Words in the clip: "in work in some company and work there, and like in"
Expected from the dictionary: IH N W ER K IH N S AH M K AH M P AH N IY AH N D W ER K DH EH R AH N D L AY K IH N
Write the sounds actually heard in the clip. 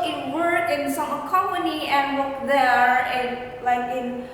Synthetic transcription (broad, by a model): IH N W ER K IH N S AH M K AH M AH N IY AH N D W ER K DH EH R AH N L AY K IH N